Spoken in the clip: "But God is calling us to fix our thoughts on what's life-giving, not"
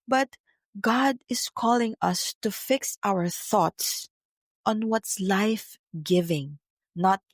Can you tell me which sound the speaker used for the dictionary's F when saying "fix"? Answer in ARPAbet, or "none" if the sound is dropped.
F